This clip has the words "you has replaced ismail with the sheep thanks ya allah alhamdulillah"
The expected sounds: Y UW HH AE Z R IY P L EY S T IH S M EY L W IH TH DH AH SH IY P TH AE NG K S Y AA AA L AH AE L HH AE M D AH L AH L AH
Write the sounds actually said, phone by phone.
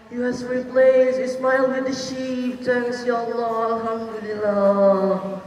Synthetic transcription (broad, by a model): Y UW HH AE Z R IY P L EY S IH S M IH L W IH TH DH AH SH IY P T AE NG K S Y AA AA L AH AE L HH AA M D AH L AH L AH